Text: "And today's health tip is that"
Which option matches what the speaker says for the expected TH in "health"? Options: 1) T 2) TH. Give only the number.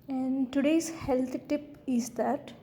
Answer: 1